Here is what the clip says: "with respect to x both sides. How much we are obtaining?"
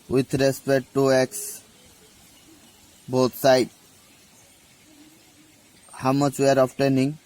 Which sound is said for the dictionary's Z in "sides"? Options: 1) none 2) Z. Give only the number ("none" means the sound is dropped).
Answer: 1